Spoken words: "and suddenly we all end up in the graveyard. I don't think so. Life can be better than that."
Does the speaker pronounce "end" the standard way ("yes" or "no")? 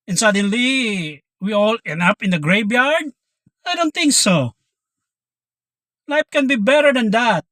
no